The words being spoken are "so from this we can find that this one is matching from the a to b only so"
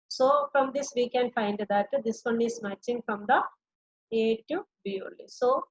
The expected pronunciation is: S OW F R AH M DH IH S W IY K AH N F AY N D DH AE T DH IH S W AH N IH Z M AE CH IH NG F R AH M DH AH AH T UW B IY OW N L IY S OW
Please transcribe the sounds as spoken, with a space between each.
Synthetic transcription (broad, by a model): S OW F R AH M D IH S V IY K AH N F AY N D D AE T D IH S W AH N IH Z M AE CH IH NG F R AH M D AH AH T UW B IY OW L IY S OW